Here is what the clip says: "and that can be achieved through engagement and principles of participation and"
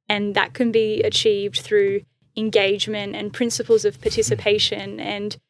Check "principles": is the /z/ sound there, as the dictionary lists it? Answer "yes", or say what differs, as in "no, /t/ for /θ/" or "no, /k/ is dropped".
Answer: yes